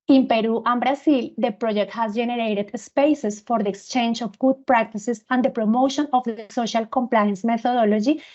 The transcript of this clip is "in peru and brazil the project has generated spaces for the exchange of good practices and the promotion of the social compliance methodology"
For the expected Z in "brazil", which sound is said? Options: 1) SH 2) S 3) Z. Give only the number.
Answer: 2